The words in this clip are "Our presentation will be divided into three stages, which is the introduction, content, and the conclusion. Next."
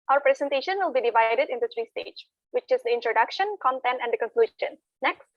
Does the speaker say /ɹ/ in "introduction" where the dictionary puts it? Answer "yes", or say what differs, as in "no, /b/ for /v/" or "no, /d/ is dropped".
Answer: yes